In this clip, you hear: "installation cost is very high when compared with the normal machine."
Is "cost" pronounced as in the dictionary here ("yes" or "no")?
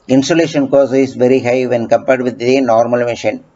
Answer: no